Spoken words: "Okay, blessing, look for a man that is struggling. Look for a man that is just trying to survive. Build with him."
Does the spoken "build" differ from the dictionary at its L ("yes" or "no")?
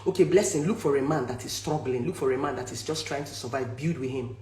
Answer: yes